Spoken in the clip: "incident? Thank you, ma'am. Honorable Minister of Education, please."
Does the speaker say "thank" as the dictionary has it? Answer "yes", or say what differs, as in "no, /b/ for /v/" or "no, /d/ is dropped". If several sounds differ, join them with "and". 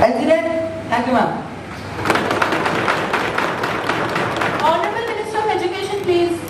no, /ŋ/ is dropped